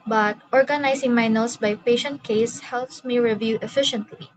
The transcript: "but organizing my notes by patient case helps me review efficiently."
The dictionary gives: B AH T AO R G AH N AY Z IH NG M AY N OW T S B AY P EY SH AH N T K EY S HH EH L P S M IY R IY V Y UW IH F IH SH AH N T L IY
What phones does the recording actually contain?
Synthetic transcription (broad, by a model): B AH T AO R G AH N AY S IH NG M AY N OW T S B AY P EY SH AH N T K EY S HH EH L P S M IY R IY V Y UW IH F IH SH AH N T L IY